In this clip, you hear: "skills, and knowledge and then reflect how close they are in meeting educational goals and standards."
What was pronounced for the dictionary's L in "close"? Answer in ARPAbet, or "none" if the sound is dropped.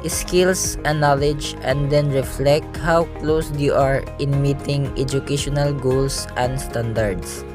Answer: L